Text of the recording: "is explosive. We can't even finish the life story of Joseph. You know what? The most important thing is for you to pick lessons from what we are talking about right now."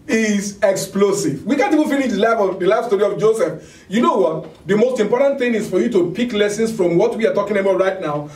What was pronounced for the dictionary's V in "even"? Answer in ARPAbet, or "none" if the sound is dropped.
F